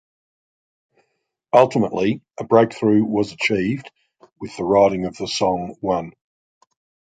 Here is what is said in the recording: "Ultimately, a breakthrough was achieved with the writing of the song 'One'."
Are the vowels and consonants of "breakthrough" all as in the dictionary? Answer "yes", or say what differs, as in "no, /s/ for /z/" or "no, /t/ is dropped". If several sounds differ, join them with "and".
yes